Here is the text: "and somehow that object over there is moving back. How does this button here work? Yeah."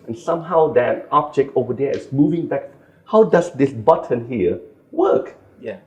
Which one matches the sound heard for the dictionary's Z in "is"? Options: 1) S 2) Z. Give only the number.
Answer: 1